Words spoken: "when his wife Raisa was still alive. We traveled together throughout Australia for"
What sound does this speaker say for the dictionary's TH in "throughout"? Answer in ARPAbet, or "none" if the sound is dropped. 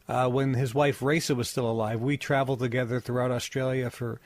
TH